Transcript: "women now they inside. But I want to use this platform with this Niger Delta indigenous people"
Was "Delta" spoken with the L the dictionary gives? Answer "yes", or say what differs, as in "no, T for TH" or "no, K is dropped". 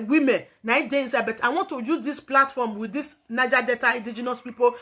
no, L is dropped